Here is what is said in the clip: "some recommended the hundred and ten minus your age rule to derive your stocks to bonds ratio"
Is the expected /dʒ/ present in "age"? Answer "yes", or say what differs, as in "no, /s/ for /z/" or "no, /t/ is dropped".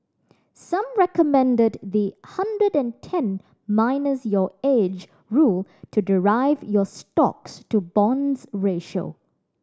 yes